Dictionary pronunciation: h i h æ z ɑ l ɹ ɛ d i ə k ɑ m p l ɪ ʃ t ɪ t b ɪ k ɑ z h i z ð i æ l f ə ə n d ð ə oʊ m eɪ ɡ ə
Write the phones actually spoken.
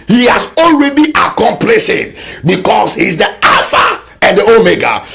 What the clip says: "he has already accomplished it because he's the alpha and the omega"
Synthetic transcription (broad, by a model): h i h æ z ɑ l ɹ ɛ d i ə k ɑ m p l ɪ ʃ ɪ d b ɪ k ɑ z h i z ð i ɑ f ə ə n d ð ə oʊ m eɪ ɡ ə